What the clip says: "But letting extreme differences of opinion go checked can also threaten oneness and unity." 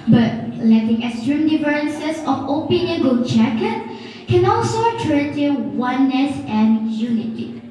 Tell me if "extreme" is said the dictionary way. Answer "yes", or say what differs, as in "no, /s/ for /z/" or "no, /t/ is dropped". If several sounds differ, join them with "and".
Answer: no, /k/ is dropped